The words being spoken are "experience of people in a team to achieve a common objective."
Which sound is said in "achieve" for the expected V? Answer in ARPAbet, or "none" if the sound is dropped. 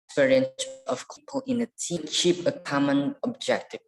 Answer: P